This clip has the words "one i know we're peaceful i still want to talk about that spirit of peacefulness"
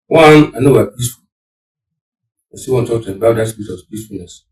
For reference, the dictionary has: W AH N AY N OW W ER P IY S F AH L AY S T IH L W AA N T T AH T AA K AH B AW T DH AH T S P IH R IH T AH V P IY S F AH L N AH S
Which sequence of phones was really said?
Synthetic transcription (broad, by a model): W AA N AY N OW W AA P IY S F AH L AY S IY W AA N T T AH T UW AH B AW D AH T S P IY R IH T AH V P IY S F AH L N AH S